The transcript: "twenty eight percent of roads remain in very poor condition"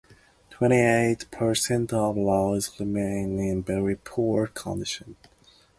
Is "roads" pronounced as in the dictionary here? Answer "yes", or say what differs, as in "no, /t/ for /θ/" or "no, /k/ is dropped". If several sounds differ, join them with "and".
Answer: no, /l/ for /ɹ/